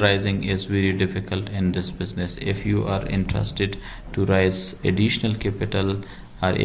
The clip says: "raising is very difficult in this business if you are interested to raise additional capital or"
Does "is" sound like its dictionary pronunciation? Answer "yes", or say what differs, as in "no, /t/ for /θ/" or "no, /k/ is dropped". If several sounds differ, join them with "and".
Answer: yes